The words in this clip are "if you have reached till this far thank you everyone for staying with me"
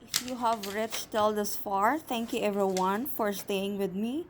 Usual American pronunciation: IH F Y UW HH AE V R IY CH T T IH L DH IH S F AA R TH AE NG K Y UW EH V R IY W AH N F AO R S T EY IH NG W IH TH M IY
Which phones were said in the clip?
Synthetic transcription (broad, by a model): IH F Y UW HH AE V R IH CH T T IH L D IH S F AA R T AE NG K Y UW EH V R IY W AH N F AO R S T EY IH NG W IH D M IY